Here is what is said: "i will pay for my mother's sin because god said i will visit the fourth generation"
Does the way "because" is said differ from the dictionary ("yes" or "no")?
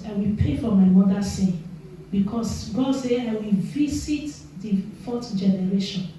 yes